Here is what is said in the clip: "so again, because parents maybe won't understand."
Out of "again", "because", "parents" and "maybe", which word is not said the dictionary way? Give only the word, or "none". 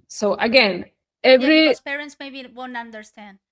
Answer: because